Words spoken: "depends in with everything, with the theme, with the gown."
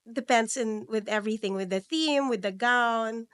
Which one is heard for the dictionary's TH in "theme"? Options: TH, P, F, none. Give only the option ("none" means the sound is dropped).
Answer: TH